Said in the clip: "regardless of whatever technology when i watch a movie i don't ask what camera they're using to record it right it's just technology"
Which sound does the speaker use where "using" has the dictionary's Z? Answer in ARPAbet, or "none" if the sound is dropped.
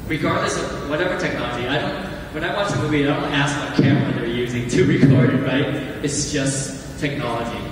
Z